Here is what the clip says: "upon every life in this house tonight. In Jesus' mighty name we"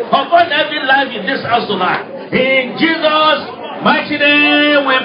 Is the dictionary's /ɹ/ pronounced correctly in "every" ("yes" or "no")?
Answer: no